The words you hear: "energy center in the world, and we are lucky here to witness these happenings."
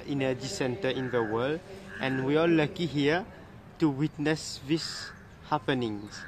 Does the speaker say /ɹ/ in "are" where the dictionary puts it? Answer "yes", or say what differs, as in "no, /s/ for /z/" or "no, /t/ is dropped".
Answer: no, /l/ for /ɹ/